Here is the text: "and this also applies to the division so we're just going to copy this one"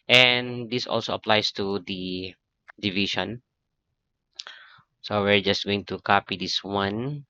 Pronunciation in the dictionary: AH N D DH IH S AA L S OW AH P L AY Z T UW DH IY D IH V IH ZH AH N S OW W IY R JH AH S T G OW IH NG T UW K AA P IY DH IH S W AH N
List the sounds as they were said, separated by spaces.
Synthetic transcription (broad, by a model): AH N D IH S AA L S OW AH P L AY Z T UW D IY D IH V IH SH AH N S OW W IY R JH AH S T G OW IH NG T UW K AA P IY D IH S W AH N